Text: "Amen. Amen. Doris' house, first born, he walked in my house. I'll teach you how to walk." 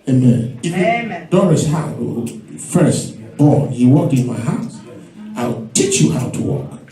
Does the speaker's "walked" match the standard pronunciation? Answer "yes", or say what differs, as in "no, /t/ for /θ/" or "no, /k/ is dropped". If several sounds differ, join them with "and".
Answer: no, /t/ is dropped